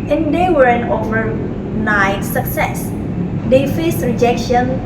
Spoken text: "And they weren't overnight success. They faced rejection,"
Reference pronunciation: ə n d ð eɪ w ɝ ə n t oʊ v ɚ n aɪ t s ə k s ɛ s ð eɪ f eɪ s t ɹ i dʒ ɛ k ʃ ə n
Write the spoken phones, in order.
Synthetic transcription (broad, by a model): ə n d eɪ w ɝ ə n oʊ v ɚ n aɪ t s ə k s ɛ s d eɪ f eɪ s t ɹ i dʒ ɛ k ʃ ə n